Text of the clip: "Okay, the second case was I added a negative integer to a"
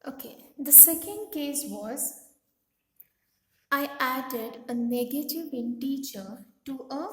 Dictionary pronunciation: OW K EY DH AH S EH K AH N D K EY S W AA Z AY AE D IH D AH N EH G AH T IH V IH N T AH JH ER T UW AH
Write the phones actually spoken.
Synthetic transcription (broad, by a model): OW K EY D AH S EH K AH N D K EY S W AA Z AY AE D IH D AH N EH G AH T IH V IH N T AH CH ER T UW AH